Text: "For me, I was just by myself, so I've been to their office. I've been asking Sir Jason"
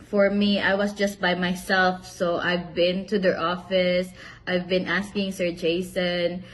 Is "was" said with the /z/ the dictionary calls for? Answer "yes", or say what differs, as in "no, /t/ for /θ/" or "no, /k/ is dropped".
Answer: no, /s/ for /z/